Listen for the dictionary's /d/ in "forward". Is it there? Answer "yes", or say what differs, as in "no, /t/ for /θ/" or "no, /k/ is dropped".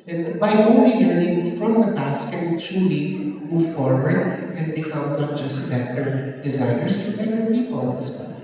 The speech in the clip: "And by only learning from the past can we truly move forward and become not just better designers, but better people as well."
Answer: no, /d/ is dropped